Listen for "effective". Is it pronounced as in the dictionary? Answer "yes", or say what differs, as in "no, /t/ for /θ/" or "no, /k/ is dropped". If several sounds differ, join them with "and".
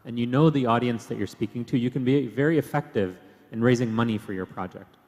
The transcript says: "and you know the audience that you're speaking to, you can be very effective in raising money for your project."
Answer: yes